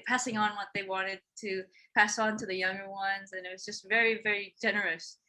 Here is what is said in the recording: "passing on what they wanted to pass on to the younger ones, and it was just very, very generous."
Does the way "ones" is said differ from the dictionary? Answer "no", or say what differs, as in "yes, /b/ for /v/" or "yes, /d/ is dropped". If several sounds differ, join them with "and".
no